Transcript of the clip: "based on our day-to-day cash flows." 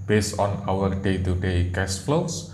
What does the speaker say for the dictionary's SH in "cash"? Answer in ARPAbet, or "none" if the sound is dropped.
S